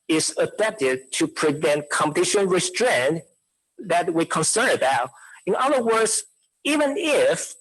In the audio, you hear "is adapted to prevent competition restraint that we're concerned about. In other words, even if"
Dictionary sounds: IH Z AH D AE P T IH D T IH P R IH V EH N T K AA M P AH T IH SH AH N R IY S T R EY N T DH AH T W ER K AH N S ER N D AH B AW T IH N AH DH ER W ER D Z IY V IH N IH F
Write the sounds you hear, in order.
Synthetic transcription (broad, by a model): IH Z AH D AE P T IH D T IH P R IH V EH N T K AA M P AH T IH SH AH N R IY S T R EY N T DH AH T W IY K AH N S ER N AH B AW T IH N AH DH ER W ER D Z IY V IH N IH F